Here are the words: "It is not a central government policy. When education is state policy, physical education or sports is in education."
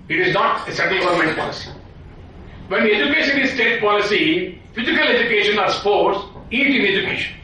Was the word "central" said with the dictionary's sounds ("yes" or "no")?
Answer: no